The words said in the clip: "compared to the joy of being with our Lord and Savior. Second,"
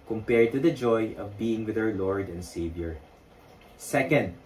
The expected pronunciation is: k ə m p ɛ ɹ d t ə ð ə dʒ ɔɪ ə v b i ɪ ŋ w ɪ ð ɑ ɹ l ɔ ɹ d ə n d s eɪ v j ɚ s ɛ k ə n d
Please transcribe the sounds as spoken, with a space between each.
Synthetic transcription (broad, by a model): k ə m p ɛ ɹ d t ə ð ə dʒ ɔɪ ə v b i ɪ ŋ w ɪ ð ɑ w l ɔ ɹ d ə n d s eɪ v j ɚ s ɛ k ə n d